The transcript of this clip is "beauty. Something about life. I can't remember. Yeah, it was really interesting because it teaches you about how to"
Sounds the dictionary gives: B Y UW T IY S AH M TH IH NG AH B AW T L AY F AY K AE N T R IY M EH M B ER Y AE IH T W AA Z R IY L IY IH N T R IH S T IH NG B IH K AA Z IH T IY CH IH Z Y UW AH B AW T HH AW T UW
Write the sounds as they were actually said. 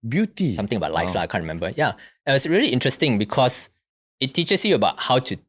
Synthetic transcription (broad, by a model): B Y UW T IY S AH M T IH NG AH B AW T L AY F AY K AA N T R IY M EH M B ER Y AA IH T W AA S R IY L IY IH N T R IH S T IH NG B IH K AA S IH T IY CH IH S Y UW AH B AW T HH AW T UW